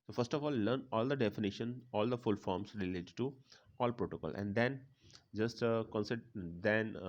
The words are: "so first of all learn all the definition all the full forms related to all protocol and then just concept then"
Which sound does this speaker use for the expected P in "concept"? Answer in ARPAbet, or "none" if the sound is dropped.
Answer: none